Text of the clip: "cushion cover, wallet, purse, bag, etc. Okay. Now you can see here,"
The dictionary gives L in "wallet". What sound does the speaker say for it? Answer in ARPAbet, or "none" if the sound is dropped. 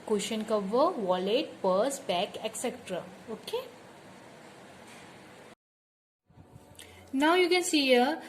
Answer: L